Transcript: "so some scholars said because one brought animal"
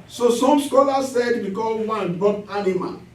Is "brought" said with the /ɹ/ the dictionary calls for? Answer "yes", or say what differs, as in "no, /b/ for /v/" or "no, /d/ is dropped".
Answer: no, /ɹ/ is dropped